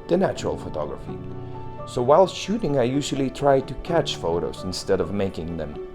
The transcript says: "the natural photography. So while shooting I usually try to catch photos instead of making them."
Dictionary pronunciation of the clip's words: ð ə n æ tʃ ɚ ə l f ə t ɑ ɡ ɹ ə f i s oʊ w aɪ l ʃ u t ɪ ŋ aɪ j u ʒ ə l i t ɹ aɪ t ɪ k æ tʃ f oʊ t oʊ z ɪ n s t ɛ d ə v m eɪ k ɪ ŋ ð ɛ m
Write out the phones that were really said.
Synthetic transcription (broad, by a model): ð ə n æ tʃ ɚ ə l f ə t ɑ ɡ ɹ ə f i s oʊ w aɪ l ʃ u t ɪ ŋ aɪ j u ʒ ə l i t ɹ aɪ t ɪ k æ tʃ f oʊ t oʊ z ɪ n s t ɛ d ə v m eɪ k ɪ ŋ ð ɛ m